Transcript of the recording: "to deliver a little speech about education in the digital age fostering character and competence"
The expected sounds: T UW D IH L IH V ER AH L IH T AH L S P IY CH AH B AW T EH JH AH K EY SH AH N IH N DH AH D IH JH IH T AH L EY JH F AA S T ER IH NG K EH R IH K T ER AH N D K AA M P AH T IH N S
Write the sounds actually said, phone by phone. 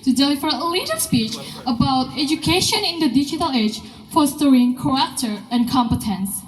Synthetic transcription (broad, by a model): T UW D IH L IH F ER AH L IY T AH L S P IY CH AH B AW T EH JH AH K EY SH AH N IH N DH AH D IH JH IH T AH L EY JH F AA S T ER IH NG K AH R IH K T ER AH N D K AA M P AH T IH N S